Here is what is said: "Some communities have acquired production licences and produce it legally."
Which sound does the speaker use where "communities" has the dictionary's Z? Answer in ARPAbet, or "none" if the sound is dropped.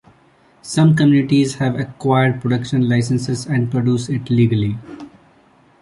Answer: Z